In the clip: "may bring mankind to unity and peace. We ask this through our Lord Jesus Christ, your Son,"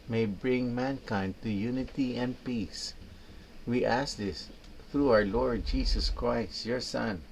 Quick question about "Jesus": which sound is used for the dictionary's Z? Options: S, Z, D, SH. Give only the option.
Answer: S